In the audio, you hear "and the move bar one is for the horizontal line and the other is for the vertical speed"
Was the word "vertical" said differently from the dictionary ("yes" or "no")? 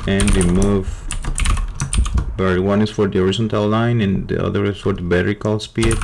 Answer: yes